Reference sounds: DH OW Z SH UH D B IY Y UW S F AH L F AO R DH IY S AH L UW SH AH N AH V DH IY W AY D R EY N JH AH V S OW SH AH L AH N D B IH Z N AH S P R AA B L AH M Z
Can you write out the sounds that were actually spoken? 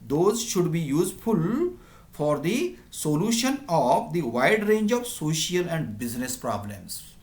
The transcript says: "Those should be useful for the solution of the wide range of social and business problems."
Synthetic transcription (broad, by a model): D OW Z SH UH D B IY Y UW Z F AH L F AO R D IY S AH L UW SH AH N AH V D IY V AY D R EY N JH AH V S OW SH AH L AH N D B IH Z N AH S P R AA B L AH M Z